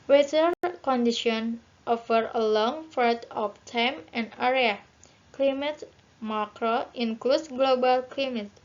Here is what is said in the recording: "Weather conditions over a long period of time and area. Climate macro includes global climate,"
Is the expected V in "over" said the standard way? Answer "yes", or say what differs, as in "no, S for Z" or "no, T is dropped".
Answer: no, F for V